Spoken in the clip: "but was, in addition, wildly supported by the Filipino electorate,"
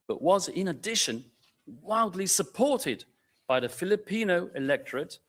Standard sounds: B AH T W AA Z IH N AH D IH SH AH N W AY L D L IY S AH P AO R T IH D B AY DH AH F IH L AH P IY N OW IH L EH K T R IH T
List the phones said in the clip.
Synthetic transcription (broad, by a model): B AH T W AA Z IH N AH D IH SH AH N W AY L D L IY S AH P AO R T IH D B AY DH AH F IH L AH P IY N OW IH L EH K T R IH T